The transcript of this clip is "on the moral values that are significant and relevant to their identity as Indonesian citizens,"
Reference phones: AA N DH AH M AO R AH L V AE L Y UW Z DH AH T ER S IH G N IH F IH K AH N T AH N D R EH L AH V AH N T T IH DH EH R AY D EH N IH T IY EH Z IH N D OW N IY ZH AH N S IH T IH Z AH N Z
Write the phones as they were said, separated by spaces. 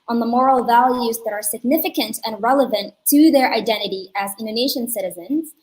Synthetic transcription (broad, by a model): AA N DH AH M AO R L V AE L Y UW Z DH AH T ER S IH G N IH F IH K AH N T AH N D R EH L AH V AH N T T IH DH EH R AY D EH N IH T IY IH Z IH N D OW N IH SH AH N S IH T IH Z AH N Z